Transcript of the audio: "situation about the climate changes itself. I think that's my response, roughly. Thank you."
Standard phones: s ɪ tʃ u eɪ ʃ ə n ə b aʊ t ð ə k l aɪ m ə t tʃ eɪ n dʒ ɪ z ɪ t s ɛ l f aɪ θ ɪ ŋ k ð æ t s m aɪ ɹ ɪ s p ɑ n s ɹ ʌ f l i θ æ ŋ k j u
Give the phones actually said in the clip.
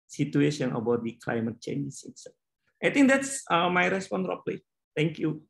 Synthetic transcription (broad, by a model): s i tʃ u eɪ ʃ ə n ə b aʊ t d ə k l aɪ m ə t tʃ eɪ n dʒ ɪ s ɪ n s aɪ t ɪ ŋ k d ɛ t s m aɪ ɹ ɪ s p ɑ n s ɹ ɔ p l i t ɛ ŋ k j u